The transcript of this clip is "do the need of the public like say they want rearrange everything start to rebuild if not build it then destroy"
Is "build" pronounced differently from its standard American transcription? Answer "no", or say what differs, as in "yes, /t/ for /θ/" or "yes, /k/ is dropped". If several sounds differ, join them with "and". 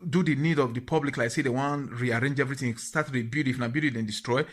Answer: yes, /l/ is dropped